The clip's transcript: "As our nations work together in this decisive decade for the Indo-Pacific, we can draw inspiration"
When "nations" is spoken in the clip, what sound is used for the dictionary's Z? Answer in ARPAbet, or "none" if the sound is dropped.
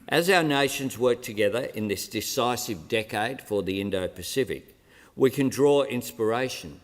Z